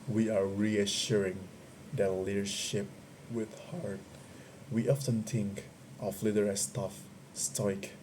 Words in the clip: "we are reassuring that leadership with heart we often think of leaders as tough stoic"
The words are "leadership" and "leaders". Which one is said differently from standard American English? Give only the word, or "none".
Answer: leaders